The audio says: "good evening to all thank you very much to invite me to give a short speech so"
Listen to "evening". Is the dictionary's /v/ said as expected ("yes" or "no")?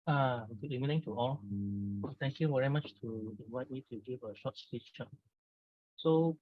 no